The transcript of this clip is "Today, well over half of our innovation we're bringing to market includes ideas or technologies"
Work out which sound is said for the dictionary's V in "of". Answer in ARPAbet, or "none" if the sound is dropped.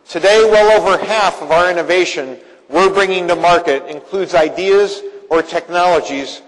V